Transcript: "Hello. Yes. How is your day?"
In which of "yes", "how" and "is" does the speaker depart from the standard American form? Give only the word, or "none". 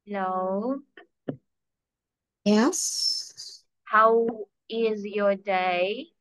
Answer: none